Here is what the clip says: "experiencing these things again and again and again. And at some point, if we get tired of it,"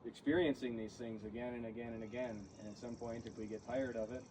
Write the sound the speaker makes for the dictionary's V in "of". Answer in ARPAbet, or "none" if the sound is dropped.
V